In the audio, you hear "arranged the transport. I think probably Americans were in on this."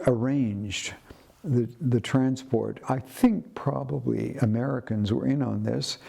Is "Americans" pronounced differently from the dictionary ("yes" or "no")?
no